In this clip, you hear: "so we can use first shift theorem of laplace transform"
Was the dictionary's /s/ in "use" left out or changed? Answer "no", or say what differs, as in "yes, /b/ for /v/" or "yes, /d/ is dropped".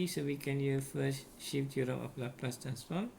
yes, /s/ is dropped